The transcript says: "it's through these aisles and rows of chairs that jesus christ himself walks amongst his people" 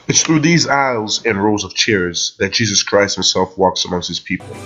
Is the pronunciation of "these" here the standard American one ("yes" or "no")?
yes